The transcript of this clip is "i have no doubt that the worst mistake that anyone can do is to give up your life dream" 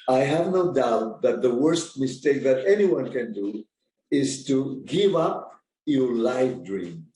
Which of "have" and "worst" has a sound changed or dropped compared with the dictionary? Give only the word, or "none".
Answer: none